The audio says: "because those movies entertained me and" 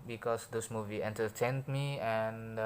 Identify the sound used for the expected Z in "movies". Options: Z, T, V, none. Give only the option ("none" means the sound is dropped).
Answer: none